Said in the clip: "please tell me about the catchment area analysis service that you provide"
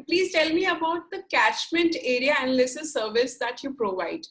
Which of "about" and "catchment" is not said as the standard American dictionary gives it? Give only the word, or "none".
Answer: none